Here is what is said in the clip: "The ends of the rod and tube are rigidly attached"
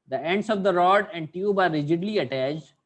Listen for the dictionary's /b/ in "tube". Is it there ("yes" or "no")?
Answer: yes